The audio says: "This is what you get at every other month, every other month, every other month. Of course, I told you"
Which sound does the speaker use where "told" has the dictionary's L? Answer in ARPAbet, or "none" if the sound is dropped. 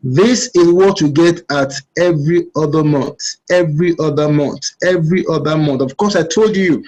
L